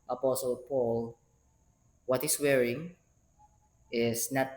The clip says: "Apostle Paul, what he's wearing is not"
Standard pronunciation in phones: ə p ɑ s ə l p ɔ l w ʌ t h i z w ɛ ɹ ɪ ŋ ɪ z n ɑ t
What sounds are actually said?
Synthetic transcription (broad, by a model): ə p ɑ s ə l p ɔ l w ʌ t h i s w ɛ ɹ ɪ ŋ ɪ s n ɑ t